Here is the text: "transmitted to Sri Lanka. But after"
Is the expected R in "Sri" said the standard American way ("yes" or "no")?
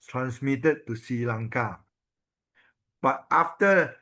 no